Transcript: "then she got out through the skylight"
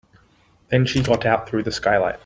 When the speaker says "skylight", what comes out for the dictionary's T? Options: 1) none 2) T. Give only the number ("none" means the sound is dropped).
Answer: 2